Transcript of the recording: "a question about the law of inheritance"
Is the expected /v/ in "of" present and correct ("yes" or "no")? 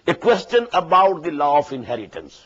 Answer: no